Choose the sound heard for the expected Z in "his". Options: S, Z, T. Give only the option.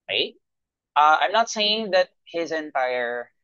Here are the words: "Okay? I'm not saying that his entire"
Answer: Z